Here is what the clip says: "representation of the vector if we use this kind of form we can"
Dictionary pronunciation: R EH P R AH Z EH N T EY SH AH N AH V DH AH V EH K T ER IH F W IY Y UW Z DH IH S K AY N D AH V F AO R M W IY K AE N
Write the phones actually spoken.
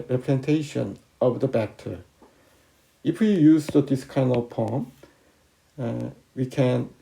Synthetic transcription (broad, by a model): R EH P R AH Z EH N T EY SH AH N AH V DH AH B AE K T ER IH F W IY Y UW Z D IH S K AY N AH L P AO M W IY K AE N